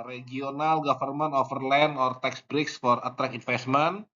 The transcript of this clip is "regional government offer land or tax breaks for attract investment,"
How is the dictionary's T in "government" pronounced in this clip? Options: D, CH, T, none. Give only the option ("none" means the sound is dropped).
none